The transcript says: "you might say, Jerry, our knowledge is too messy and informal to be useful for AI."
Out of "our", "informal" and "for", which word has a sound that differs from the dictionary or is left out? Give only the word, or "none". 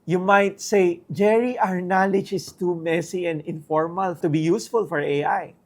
none